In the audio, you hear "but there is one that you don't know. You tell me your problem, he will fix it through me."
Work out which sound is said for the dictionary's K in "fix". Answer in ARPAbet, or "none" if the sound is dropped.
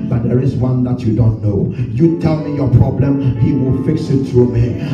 K